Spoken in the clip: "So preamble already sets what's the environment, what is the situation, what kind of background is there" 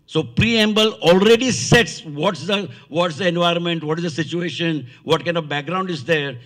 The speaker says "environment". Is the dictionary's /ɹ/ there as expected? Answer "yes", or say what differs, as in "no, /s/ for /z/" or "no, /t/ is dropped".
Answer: yes